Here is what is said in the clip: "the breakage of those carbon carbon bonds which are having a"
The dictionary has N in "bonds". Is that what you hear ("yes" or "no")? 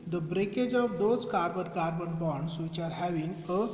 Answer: no